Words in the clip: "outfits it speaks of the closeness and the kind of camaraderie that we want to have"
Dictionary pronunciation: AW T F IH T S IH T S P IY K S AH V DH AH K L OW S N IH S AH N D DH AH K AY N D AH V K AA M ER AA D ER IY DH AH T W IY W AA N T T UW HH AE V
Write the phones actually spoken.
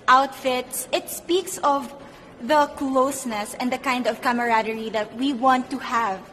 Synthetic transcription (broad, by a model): AW T F IH T S IH T S P IY K S AH V DH AH K L OW S N IH S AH N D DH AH K AY N D AH V K AA M ER AA D ER IY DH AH T W IY W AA N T T UW HH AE V